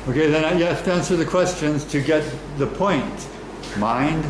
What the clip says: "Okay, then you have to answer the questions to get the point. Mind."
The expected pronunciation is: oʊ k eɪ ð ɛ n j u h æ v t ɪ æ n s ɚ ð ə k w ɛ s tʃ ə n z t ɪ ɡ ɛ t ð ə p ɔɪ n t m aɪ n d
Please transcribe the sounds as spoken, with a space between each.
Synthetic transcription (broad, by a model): oʊ k eɪ ð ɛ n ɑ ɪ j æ f t ɪ æ n s ɚ ð ə k w ɛ s tʃ ə n z t ɪ ɡ ɛ t ð ə p ɔɪ n t m aɪ n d